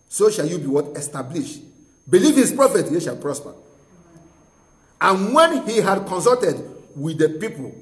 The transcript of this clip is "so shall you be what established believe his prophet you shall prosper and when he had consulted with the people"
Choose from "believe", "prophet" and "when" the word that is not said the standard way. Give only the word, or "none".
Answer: none